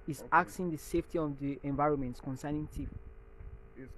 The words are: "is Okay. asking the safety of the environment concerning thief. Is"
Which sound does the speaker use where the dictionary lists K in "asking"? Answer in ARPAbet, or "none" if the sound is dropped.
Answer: none